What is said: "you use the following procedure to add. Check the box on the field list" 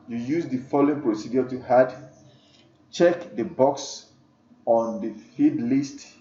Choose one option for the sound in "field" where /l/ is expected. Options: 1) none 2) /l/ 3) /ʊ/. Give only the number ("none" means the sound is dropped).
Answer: 1